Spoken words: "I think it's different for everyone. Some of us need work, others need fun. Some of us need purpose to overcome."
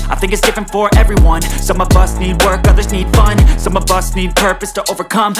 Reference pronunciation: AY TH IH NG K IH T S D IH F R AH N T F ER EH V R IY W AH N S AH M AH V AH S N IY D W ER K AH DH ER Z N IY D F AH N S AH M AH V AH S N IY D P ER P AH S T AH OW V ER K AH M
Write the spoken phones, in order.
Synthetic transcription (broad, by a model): AY TH IH NG K IH T S D IH F R AH N T F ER EH V R IY W AH N S AH M AH V AH S N IY D W ER K AH DH ER Z N IY D F AH N S AH M AH V AH S N IY D P ER P AH S T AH OW V ER K AH M